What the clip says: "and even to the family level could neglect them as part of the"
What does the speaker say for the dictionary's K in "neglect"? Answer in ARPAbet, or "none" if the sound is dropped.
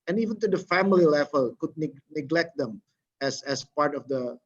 K